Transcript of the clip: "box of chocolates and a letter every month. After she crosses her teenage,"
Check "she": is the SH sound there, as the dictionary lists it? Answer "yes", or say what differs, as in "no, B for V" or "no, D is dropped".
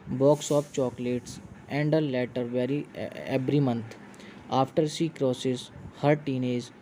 no, S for SH